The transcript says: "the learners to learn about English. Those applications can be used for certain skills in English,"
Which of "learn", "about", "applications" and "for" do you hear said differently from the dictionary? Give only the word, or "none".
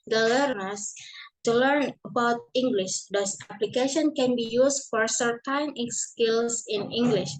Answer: applications